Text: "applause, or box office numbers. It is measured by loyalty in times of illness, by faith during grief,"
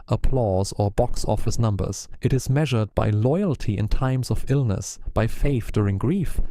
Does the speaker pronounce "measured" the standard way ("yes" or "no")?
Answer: yes